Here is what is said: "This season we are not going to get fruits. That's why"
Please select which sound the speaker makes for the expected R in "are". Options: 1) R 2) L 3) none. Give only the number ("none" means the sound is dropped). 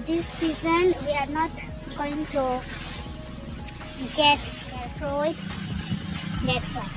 1